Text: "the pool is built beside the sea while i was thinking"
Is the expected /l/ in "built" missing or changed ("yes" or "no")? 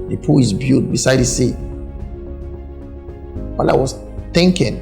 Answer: yes